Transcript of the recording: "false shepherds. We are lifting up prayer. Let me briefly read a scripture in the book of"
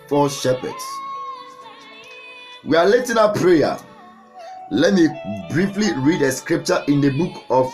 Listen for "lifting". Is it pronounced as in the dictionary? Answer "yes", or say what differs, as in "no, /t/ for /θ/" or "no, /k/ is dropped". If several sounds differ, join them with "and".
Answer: no, /f/ is dropped